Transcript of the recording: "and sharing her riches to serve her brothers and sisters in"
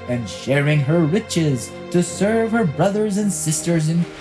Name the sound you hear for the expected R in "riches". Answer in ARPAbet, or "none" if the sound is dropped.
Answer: W